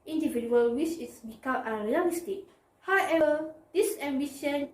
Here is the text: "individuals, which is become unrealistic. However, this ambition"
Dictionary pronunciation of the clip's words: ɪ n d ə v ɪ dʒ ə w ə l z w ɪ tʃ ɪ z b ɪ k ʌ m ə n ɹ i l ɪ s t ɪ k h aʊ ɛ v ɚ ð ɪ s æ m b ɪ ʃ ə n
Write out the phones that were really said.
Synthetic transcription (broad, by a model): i n d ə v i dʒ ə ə l w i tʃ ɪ s b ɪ k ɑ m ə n ɹ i l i s t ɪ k h aʊ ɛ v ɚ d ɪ s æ m b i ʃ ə n